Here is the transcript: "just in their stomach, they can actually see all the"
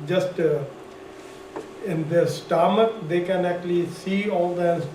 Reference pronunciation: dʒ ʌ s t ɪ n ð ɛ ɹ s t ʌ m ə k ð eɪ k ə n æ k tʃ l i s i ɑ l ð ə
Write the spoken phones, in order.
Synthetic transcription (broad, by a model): dʒ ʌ s t ɪ n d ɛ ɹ s t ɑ m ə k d eɪ k ə n æ k tʃ l i s i ɑ l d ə